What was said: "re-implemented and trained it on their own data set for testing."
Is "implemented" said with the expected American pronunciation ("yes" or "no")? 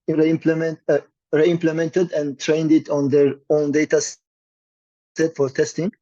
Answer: yes